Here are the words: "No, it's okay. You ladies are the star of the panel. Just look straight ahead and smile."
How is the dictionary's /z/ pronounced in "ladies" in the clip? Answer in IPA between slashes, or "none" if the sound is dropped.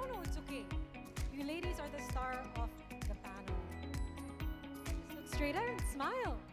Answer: /z/